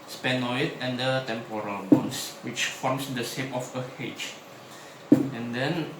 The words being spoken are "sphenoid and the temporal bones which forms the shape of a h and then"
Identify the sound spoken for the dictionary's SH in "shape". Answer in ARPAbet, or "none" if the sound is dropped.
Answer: S